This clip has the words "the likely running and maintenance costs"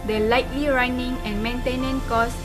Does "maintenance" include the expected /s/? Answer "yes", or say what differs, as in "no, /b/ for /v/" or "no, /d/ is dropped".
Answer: no, /s/ is dropped